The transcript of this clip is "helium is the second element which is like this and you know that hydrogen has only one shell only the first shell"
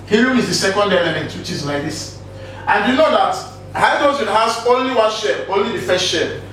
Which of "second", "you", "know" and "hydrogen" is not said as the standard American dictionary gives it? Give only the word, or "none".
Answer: hydrogen